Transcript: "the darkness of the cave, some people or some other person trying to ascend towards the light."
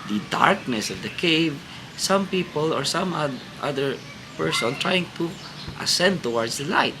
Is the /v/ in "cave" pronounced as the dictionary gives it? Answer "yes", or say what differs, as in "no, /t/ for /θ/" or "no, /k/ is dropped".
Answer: yes